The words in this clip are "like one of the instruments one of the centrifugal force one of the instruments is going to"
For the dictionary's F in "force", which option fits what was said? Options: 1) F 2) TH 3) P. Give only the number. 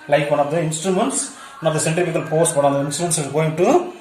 3